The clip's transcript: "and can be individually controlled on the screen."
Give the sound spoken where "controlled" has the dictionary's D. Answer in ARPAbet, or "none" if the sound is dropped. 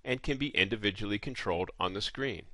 D